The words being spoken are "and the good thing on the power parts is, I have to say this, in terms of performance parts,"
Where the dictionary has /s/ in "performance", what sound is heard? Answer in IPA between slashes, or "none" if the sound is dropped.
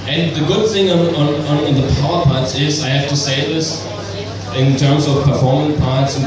none